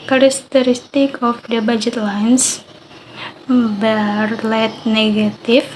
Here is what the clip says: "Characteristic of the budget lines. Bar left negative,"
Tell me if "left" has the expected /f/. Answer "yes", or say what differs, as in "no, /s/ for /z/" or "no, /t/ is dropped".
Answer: no, /f/ is dropped